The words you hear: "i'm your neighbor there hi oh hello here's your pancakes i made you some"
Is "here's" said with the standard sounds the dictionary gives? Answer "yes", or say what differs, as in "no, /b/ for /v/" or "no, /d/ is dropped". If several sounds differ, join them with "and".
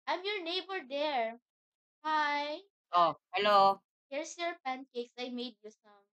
no, /s/ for /z/